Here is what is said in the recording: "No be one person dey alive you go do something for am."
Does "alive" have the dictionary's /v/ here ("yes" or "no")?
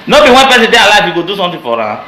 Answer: no